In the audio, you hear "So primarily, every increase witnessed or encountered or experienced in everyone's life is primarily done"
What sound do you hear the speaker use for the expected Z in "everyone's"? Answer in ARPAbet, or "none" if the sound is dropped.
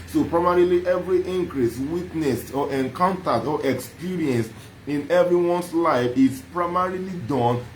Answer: S